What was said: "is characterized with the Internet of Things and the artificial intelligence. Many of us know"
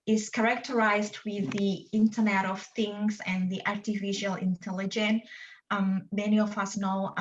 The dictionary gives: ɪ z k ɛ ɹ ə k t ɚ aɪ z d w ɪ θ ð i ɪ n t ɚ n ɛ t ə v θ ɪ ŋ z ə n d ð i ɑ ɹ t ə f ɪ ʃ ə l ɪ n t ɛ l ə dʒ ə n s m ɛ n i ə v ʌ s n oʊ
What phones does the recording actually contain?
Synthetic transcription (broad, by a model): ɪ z k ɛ ɹ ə k t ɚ aɪ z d w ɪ ð i ɪ n t ɚ n ɛ t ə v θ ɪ ŋ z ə n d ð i ɑ ɹ t ə f ɪ ʃ ə l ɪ n t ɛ l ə dʒ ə n m ɛ n i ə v ʌ s n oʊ